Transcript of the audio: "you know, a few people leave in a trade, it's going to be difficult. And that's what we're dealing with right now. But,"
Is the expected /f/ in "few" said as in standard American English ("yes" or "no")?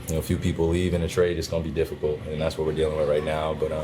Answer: yes